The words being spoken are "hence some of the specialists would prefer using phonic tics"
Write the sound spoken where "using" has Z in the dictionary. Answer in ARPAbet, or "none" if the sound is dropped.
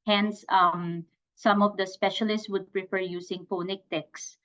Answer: S